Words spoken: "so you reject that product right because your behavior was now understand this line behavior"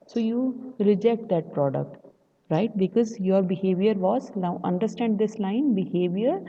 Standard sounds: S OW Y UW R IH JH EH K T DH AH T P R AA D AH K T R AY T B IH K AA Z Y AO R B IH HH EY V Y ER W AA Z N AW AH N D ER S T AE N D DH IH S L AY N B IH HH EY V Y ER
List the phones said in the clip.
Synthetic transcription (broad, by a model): S OW Y UW R IH JH EH K T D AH T P R AA D AH K T R AY T B IH K AA Z Y AO R B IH HH EY V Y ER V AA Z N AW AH N D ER S T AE N D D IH S L AY N B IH HH EY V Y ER